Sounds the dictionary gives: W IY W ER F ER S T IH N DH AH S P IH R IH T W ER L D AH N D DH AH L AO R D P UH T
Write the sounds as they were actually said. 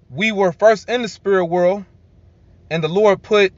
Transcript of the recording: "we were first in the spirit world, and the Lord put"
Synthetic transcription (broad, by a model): W IY W ER F ER S T IH N DH AH S P IH R IH T W ER L D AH N DH AH L AO R D P UH T